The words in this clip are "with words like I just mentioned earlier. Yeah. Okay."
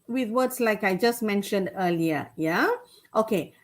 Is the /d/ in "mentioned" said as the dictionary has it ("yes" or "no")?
yes